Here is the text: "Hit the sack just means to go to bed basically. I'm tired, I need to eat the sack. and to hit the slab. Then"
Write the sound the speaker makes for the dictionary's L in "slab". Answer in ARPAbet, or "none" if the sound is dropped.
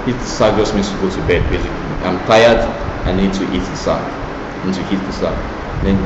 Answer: none